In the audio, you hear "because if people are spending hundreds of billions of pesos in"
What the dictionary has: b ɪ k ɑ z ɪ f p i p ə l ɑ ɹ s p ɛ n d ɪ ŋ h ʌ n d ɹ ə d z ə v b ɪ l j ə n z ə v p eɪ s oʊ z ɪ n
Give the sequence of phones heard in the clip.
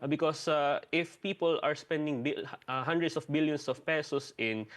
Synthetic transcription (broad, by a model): b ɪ k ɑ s ɪ f p i p ə l ɑ ɹ s p ɛ n d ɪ ŋ h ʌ n d ɹ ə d s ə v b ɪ l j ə n s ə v p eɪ s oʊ s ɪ n